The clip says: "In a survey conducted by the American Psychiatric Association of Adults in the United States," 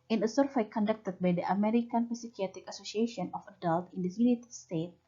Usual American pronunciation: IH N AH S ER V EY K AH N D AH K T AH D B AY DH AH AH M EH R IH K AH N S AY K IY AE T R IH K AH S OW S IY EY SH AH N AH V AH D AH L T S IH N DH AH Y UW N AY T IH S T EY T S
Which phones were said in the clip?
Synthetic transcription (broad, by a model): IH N AH S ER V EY K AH N D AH K T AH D B AY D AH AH M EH R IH K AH N S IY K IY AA T IH K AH S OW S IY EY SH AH N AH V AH D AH L T IH N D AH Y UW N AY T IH S T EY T